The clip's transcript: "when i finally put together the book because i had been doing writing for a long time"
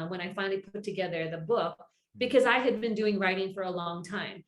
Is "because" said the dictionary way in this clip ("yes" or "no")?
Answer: yes